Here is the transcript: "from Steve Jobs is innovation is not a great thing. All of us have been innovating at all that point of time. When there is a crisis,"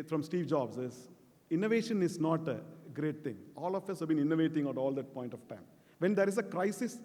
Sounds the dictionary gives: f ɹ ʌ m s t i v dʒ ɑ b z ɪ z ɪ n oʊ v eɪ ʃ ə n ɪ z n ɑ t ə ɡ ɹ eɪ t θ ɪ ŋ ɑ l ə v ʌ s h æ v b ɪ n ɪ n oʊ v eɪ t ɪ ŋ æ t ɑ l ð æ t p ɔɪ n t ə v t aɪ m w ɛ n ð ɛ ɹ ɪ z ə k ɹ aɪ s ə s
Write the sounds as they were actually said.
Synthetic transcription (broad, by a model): f ɹ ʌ m s t i v dʒ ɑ b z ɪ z ɪ n oʊ v eɪ ʃ ə n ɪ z n ɑ t ə ɡ ɹ eɪ t t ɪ ŋ ɑ l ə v ʌ s h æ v b ɪ n ɪ n oʊ v eɪ t ɪ ŋ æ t ɑ l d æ t p ɔɪ n t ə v t aɪ m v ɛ n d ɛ ɹ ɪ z ə k ɹ aɪ s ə s